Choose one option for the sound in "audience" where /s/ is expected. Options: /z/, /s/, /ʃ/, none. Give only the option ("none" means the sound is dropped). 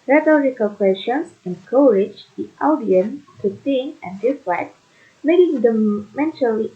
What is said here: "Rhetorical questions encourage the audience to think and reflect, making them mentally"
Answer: none